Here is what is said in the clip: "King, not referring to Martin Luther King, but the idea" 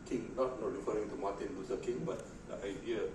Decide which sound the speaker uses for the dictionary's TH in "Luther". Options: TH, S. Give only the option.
S